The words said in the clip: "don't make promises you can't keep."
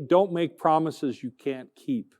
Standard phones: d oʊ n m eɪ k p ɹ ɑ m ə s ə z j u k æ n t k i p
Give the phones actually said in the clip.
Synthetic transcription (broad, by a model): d oʊ n m eɪ k p ɹ ɑ m ə s ə z j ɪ k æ n k i p